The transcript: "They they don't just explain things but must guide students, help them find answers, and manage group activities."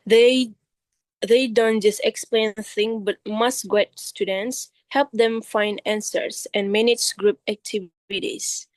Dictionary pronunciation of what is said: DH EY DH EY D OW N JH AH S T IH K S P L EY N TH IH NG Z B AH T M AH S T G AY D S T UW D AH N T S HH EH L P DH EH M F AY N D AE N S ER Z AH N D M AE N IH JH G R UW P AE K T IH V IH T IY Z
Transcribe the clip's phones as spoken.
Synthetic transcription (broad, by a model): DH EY DH EY D OW N JH AH S T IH K S P L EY N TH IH NG B AH T M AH S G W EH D S T UW D AH N T S HH EH L P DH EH M F AY N D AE N S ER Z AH N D M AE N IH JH G R UW P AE K T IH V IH T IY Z